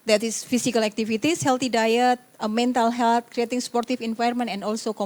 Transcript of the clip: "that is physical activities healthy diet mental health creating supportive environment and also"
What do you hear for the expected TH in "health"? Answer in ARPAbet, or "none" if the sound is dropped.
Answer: T